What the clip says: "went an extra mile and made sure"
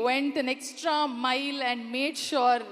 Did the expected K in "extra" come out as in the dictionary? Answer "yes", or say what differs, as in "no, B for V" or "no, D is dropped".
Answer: yes